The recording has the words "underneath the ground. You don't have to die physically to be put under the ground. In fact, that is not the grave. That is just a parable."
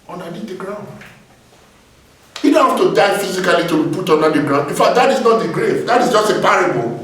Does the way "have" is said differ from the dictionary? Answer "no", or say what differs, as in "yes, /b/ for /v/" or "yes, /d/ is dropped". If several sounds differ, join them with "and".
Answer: yes, /f/ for /v/